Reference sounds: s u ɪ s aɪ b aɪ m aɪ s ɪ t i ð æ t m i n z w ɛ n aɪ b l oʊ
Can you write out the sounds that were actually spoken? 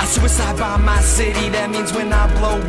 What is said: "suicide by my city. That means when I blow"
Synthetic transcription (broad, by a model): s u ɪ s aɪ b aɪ m aɪ s ɪ t i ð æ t m i n z w ɛ n aɪ b l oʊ